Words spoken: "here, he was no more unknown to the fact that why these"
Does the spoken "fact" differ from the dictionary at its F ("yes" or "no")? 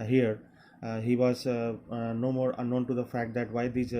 no